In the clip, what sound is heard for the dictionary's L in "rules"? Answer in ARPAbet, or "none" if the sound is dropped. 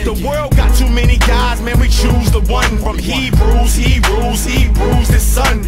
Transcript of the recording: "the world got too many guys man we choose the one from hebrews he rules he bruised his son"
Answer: none